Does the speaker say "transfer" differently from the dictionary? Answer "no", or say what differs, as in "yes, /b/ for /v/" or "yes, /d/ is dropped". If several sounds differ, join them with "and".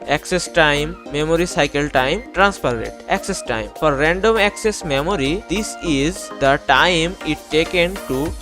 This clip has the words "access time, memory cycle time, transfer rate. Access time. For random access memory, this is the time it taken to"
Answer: yes, /p/ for /f/